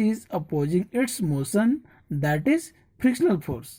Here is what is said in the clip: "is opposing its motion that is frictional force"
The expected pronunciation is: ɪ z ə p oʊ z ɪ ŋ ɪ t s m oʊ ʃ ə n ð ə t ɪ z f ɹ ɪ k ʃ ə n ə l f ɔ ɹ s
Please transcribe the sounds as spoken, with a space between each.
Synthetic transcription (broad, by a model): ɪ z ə p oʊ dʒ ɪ ŋ ɪ t s m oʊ s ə n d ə t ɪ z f ɹ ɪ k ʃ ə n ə l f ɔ ɹ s